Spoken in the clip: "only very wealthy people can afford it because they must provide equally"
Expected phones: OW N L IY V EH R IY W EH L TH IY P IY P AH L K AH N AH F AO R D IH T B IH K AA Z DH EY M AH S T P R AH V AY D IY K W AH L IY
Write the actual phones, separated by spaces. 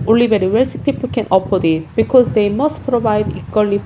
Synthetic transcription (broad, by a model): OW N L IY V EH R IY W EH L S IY P IY P AH L K AH N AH P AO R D IH T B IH K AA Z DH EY M AH S T P R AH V AY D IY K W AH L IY